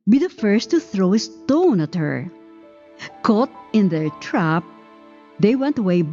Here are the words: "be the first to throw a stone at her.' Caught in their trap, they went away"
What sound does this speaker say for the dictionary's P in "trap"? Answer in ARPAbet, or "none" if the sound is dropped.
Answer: P